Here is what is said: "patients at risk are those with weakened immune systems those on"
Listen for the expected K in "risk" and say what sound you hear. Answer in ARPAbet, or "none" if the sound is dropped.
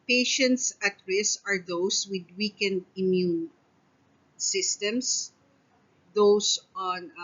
none